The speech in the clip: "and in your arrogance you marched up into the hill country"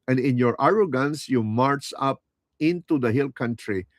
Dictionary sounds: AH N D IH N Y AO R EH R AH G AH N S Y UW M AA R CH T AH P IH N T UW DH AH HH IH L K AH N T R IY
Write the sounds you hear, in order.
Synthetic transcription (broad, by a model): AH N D IH N Y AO R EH R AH G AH N S Y UW M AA R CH AH P IH N T UW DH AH HH IH L K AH N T R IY